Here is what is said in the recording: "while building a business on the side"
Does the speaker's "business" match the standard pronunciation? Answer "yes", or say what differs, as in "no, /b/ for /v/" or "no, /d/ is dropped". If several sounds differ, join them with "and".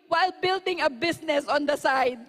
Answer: no, /s/ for /z/